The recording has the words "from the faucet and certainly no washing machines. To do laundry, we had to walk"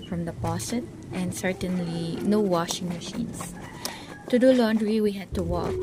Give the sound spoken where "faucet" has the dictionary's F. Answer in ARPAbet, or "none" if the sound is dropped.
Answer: P